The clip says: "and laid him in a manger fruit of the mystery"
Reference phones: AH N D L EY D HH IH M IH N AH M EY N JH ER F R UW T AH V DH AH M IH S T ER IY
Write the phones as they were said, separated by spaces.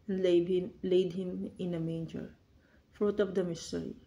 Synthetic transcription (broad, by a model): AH N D L EY D HH IH M IH N AH M EY N JH ER F R UW T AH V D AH M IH S T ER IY